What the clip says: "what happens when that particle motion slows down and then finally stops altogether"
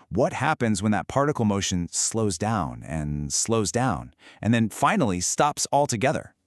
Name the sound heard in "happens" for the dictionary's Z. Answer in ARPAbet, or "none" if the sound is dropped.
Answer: Z